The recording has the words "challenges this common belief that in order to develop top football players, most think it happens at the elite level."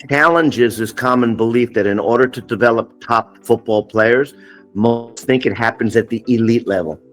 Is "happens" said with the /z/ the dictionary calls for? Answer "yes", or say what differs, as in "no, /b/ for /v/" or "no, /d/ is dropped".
yes